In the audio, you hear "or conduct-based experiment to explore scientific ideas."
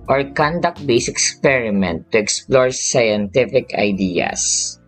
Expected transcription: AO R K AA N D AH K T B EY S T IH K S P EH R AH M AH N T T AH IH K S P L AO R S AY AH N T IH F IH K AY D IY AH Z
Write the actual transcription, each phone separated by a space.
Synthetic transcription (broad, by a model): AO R K AA N D AH K T B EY S IH K S P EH R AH M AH N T T AH IH K S P L AO R S AY AH N T IH F IH K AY D IY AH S